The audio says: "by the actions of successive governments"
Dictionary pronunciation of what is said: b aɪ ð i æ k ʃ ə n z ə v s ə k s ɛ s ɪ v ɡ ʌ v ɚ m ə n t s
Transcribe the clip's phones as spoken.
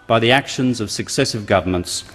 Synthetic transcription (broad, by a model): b aɪ ð i æ k ʃ ə n z ə v s ə k s ɛ s ɪ v ɡ ʌ v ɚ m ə n t s